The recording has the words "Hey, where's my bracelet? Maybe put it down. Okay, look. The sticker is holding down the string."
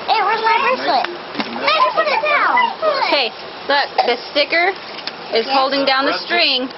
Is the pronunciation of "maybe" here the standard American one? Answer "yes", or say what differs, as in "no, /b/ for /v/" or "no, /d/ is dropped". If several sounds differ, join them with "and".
no, /b/ is dropped